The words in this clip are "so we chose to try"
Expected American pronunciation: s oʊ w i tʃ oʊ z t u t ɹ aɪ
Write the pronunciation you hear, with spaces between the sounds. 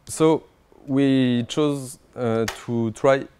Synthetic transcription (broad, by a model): s oʊ w i tʃ oʊ z t u t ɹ aɪ